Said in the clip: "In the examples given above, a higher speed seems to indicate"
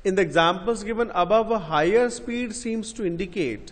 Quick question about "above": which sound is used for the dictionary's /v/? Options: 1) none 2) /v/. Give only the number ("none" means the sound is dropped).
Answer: 2